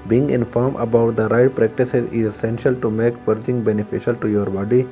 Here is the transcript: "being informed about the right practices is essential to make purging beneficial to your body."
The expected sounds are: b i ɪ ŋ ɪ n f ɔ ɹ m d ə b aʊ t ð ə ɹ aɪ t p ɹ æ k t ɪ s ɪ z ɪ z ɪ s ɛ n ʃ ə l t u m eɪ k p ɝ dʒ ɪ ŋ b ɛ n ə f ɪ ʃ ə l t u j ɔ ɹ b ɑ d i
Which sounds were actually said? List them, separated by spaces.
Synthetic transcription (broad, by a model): b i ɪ ŋ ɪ n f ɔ ɹ m ə b aʊ t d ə ɹ aɪ t p ɹ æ k t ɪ s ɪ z ɪ z ɪ s ɛ n ʃ ə l t u m eɪ k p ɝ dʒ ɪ ŋ b ɛ n ə f ɪ ʃ ə l t u j ɔ ɹ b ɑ d i